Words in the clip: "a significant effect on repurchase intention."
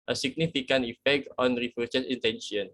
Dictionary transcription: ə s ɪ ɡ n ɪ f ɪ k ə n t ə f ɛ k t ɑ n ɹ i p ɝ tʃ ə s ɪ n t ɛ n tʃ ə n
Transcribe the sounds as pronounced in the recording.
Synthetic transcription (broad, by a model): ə s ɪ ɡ n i f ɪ k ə n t ə f ɛ k t ɑ n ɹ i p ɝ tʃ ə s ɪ n t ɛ n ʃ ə n